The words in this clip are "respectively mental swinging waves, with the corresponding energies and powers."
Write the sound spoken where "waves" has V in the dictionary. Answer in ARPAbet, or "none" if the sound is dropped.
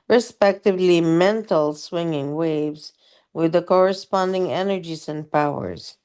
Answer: V